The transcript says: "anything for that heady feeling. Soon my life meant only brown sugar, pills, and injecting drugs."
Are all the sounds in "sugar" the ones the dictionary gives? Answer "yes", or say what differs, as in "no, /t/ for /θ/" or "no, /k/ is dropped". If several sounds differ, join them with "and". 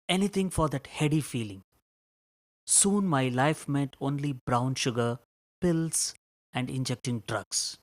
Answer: yes